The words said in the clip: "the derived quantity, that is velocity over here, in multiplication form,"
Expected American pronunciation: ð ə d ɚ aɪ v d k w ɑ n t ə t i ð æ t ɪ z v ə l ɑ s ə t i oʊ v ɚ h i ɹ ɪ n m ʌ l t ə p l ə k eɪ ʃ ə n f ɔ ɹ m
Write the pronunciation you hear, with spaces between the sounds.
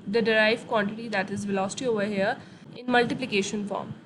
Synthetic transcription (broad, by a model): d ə d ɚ aɪ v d k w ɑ n t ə t i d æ t ɪ z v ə l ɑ s t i oʊ v ɚ h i ɹ ɪ n m ʌ l t ə p l ə k eɪ ʃ ə n f ɔ ɹ m